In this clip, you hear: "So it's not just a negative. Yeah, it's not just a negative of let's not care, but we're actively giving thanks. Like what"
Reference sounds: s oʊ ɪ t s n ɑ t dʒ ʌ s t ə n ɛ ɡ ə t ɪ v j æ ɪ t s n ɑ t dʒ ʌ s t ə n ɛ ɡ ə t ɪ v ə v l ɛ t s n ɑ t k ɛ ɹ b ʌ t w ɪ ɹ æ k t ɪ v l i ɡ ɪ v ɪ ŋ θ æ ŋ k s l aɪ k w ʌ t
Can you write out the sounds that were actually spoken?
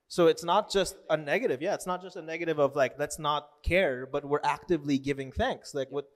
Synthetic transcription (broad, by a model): s oʊ ɪ t s n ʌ t dʒ ʌ s t ə n ɛ ɡ ə t ɪ v j æ ɪ t s n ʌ t dʒ ʌ s t ə n ɛ ɡ ə t ɪ v ə v l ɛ t s n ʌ t k ɛ ɹ b ʌ t w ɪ ɹ æ k t ɪ v l i ɡ ɪ v ɪ ŋ θ æ ŋ k s l aɪ k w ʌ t